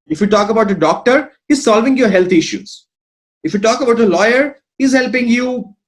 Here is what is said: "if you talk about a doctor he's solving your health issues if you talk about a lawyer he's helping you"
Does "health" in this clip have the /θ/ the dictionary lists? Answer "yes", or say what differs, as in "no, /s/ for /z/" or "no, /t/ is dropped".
no, /t/ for /θ/